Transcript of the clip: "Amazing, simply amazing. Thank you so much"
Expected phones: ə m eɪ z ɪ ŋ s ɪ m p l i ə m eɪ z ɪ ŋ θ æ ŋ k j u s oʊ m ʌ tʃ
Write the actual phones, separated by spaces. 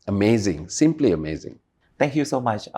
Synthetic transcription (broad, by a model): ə m eɪ z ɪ ŋ s ɪ m p l i ə m eɪ z ɪ ŋ t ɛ ŋ k j u s oʊ m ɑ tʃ